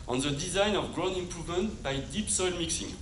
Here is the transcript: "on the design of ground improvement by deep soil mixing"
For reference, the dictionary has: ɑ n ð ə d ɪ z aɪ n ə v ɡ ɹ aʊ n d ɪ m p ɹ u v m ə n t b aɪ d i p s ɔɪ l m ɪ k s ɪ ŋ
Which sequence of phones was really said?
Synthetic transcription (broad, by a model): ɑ n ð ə d ɪ z aɪ n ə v ɡ ɹ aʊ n ɪ m p ɹ u v m ə n t b aɪ d i p s ɔɪ l m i k s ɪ ŋ